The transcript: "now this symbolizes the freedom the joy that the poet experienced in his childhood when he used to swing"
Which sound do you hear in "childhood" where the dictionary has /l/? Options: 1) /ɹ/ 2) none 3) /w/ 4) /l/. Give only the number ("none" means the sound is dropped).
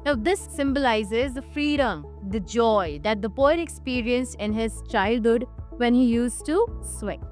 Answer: 4